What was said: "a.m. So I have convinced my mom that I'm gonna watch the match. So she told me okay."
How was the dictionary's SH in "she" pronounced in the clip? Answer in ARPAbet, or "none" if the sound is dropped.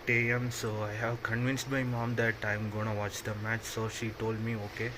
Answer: SH